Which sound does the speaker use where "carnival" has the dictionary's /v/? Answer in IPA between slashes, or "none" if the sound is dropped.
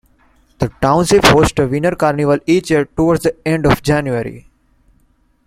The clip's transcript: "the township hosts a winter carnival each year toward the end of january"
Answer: /v/